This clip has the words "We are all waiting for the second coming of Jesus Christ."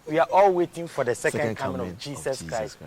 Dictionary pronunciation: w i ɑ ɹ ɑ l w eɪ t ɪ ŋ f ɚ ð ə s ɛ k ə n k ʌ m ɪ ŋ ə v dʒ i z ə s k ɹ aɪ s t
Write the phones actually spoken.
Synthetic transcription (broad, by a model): w i ɑ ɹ ɑ l w eɪ t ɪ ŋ f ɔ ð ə s ɛ k ə n k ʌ m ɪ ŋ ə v dʒ i s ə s k ɹ aɪ s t